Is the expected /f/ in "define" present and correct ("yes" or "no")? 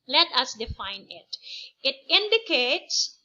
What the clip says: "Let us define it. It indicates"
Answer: yes